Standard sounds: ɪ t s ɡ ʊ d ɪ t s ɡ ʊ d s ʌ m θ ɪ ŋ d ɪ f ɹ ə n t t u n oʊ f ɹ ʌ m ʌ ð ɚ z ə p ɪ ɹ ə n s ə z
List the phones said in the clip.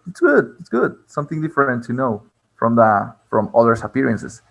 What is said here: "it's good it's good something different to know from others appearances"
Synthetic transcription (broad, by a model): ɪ t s ɡ ʊ d ɪ t s ɡ ʊ d s ʌ m θ ɪ ŋ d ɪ f ɹ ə n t t u n oʊ f ɹ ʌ m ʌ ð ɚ s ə p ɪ ɹ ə n s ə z